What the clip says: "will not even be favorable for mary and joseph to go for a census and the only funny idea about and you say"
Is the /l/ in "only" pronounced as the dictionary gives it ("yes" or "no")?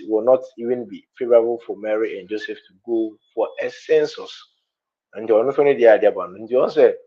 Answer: no